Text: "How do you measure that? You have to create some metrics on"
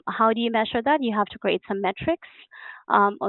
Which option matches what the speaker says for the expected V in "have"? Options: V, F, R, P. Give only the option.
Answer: F